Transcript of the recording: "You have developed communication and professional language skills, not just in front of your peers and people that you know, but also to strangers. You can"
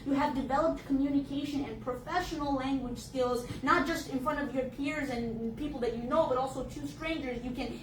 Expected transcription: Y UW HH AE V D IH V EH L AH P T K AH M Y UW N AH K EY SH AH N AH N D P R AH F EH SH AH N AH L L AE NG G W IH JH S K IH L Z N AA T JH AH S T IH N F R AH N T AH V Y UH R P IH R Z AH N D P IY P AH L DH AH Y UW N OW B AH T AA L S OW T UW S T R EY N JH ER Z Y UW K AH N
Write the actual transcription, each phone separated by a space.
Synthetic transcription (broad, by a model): Y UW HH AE V D IH V EH L AH P T K AH M Y UW N AH K EY SH AH N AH N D P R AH F EH SH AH N L L AE NG G W IH JH S K IH L Z N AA T JH AH S T IH N F R AH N T AH V Y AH R P IH R Z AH N P IY P L DH AH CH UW N OW B AH T AA L S OW T UW S T R EY N JH ER Z Y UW K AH N